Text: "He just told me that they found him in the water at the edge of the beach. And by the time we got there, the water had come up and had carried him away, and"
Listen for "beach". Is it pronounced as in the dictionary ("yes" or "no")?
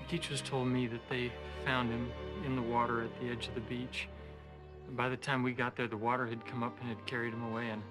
yes